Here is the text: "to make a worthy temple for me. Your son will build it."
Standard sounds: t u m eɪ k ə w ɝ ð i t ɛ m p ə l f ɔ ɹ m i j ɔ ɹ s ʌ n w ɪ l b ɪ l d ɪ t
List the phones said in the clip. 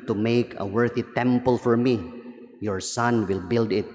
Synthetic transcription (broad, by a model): t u m eɪ k ə w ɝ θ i t ɛ m p ə l f ɔ ɹ m i j ɔ ɹ s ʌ n w ɪ l b ɪ l d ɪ t